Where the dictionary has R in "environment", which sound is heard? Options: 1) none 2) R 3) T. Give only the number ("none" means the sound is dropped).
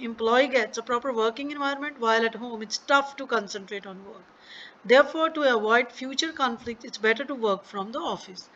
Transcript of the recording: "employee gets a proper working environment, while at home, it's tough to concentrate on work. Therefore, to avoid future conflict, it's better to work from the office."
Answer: 1